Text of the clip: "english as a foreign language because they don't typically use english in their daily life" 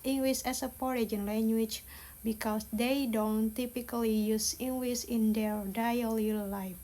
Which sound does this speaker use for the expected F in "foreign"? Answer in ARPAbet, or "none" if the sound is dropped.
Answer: P